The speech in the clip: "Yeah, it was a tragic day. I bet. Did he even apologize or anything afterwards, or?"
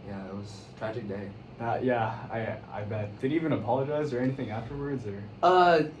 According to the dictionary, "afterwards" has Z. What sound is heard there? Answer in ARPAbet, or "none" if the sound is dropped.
Z